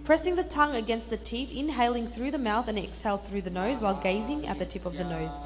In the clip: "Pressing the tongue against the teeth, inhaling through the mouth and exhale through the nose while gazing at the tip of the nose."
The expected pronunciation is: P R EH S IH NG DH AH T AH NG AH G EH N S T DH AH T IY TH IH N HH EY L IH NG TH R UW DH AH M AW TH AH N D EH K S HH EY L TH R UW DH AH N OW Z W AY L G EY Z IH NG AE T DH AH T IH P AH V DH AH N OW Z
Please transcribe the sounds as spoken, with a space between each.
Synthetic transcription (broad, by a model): P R EH S IH NG DH AH T AH NG AH G EH N S T DH AH T IY TH IH N HH EY L IH NG TH R UW DH AH M AW TH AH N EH K S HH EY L TH R UW DH AH N OW Z W AY L G EY Z IH NG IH T DH AH T IH P AH V DH AH N OW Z